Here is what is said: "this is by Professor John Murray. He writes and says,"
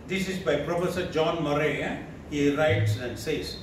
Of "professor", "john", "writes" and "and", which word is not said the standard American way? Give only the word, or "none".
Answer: none